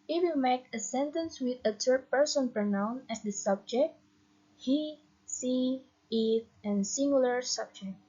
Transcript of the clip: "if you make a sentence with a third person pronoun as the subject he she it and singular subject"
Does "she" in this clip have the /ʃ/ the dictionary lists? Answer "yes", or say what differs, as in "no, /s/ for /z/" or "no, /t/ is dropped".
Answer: no, /s/ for /ʃ/